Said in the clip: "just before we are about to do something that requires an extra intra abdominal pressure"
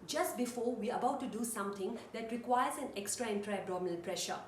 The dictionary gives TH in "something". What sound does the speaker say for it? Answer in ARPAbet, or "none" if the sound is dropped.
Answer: T